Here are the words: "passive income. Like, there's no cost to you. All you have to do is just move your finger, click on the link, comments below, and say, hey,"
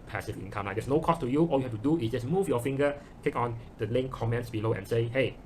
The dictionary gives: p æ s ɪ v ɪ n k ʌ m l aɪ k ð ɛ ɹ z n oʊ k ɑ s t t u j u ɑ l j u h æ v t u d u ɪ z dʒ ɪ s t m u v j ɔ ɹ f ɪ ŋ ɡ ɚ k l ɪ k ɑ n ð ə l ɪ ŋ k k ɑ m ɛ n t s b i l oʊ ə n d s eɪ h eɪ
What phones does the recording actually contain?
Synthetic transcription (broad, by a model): p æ s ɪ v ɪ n k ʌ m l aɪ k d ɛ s n oʊ k ɑ s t t u j u ɑ l j u h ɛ f t u d u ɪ s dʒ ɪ s m u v j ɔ f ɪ ŋ ɡ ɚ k ɪ k ɑ n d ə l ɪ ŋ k k ɑ m ɛ n t s b i l oʊ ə n s eɪ h eɪ